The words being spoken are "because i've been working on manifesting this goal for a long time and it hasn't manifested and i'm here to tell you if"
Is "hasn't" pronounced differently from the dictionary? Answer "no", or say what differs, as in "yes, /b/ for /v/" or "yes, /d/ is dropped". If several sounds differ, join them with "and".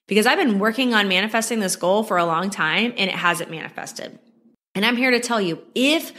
yes, /n/ is dropped